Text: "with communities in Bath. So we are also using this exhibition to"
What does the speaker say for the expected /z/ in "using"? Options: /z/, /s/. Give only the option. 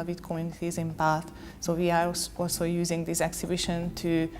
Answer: /z/